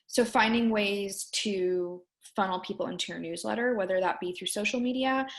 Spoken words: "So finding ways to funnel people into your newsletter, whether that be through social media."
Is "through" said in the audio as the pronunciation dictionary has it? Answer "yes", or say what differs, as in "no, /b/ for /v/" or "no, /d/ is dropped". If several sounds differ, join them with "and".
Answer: yes